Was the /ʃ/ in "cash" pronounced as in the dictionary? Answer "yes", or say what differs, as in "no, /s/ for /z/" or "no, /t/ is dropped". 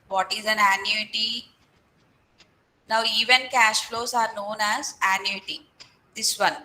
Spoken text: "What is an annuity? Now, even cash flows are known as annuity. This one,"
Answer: yes